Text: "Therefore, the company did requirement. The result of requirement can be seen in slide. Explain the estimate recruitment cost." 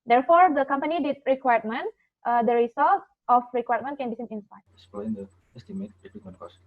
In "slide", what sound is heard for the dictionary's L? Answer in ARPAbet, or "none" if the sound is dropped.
none